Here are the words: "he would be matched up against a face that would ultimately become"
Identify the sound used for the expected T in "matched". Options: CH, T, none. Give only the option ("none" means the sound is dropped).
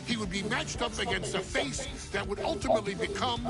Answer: T